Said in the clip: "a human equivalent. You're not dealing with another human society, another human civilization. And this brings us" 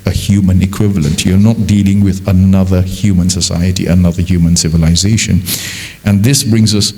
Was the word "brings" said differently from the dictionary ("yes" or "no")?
no